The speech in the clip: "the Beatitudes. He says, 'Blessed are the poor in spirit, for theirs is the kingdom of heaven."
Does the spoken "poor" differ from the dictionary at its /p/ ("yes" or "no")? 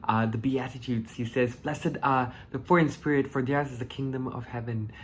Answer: yes